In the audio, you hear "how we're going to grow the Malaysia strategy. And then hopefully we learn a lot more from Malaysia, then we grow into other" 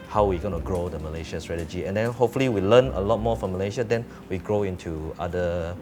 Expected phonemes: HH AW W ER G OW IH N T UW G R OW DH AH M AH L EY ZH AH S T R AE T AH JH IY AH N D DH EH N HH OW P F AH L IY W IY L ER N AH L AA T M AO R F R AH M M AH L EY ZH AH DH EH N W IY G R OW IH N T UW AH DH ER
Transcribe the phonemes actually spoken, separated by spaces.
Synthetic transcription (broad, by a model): HH AW W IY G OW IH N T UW G R OW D AH M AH L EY SH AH S T R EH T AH JH IY AH N D EH N HH OW P F AH L IY W IY L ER N AH L AA T M AO F R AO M M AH L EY SH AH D EH N W IY G R OW IH N T UW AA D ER